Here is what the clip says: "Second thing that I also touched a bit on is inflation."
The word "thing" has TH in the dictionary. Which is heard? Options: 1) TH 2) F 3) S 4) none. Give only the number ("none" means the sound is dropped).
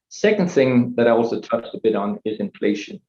1